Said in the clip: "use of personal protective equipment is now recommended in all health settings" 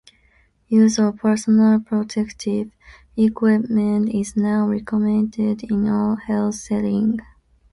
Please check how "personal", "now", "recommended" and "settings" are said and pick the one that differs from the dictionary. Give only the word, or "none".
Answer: settings